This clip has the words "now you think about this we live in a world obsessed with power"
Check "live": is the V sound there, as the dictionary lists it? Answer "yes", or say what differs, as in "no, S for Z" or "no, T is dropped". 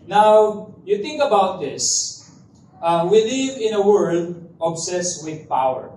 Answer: yes